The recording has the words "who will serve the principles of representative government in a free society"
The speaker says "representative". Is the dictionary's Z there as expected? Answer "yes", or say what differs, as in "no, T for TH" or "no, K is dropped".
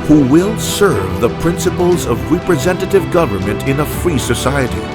yes